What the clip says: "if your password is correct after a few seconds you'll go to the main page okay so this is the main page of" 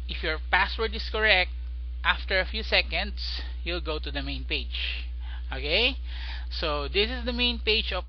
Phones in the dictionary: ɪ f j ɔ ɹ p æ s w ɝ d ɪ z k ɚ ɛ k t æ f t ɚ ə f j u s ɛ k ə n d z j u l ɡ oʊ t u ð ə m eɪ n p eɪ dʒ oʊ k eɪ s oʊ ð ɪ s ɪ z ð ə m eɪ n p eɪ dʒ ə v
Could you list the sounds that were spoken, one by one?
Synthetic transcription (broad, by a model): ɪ f j ɔ ɹ p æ s w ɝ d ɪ s k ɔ ɛ k t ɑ f t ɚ ə f j u s ɛ k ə n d s j u l ɡ oʊ t u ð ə m eɪ n p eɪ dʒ oʊ k eɪ s oʊ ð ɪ s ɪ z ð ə m eɪ n p eɪ dʒ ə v